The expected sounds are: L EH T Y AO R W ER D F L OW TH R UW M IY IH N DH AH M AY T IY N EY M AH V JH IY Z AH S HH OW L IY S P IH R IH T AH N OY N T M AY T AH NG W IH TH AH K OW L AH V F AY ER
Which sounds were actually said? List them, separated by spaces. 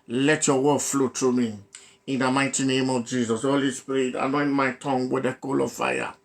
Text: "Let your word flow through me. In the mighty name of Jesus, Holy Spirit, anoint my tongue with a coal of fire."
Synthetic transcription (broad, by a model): L EH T Y AO W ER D F L OW T R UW M IY IH N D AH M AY T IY N EY M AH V JH IY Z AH S HH OW L IY S P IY R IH T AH N OY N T M AY T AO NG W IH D AH K OW L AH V F AY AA